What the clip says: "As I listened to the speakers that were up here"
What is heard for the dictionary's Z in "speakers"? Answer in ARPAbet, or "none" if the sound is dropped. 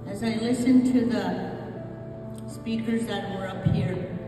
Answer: Z